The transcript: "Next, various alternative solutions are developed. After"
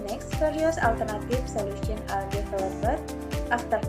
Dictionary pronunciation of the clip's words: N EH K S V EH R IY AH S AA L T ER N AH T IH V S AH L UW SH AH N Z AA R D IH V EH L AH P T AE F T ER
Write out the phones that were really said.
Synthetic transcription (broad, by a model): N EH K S F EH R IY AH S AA L T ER N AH T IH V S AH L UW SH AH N AA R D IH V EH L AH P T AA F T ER